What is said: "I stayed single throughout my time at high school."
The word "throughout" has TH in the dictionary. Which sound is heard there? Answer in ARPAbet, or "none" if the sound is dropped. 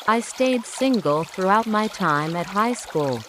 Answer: TH